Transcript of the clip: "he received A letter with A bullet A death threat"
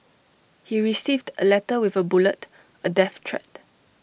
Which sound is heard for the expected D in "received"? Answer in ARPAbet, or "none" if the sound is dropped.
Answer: D